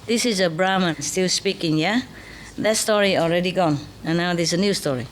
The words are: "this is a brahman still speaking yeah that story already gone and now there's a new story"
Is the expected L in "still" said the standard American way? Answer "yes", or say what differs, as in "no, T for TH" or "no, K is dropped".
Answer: yes